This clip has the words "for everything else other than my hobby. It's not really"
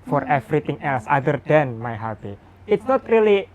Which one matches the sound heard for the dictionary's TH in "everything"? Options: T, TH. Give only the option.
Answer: T